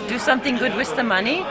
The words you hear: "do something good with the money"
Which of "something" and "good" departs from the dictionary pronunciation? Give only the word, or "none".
none